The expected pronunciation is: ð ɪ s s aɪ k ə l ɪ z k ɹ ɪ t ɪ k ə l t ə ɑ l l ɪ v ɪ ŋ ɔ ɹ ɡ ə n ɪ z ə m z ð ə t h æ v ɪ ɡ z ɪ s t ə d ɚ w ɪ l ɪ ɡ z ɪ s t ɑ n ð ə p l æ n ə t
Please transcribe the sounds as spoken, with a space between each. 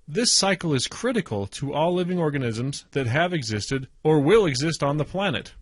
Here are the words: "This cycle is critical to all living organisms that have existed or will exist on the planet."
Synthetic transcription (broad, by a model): ð ɪ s s aɪ k l ɪ z k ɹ ɪ t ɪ k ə l t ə ɑ l l ɪ v ɪ ŋ ɔ ɹ ɡ ə n ɪ z ə m z ð ə t h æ v ɪ ɡ z ɪ s t ə d ɚ w ɪ l ɪ ɡ z ɪ s t n ð ə p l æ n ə t